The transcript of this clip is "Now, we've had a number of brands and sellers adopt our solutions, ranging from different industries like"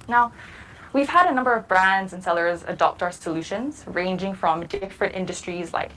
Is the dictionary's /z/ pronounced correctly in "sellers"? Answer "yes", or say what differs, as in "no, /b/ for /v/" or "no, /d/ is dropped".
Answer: yes